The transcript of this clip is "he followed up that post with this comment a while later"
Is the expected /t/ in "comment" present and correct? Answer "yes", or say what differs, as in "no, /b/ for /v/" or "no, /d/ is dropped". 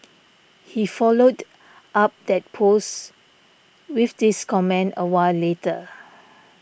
no, /t/ is dropped